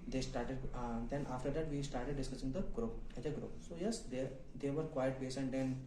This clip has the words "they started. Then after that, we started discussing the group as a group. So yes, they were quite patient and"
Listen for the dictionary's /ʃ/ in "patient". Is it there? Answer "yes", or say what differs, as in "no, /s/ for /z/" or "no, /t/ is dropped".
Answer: no, /s/ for /ʃ/